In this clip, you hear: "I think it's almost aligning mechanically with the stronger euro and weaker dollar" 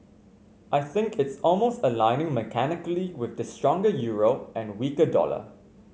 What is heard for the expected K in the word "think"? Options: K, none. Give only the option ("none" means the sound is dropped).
K